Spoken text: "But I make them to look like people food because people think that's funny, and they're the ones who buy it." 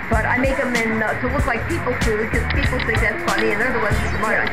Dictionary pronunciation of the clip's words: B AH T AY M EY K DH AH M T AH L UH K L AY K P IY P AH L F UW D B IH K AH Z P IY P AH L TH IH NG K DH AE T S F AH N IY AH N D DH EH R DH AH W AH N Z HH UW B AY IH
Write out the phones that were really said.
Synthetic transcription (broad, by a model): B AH T AY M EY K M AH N T AH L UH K L AY K P IY P AH L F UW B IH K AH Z P IY P AH L S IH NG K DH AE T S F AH L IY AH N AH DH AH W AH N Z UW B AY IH